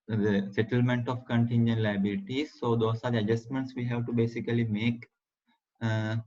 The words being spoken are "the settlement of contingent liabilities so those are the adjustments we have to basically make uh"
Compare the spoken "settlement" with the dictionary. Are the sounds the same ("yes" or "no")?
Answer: yes